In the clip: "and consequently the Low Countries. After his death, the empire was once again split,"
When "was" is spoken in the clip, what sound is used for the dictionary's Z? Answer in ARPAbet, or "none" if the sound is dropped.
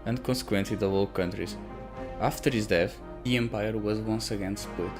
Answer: Z